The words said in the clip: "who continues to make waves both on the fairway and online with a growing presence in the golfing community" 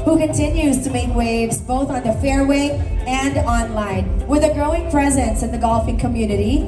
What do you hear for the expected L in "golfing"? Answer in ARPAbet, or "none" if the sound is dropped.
L